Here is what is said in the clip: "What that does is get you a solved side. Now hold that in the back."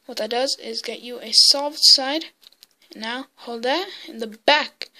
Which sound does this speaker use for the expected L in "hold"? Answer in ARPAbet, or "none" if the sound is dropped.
L